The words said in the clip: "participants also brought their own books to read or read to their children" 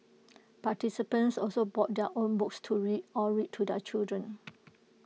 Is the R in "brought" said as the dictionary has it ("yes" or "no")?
no